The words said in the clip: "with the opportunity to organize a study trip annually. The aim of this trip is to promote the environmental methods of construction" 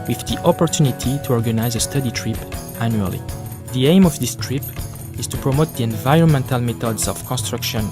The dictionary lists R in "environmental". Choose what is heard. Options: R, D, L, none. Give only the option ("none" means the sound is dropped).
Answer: R